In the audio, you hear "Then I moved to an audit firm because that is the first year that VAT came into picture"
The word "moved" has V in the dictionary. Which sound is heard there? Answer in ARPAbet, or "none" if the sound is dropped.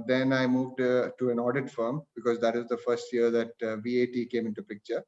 V